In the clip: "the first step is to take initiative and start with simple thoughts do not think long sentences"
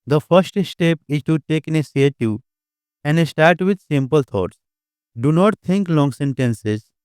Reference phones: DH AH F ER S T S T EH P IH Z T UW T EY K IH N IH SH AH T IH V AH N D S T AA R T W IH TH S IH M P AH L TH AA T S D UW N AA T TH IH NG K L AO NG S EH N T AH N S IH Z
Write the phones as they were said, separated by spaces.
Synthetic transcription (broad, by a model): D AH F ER S T S T EH P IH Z T UW T EY K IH N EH S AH T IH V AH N D S T AA R T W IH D S IH M P AH L T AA T S D UW N AA T T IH NG K L AO NG S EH N T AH N S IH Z